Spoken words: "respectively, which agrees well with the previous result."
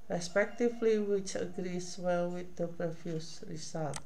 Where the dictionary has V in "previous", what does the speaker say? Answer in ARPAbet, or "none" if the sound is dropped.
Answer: F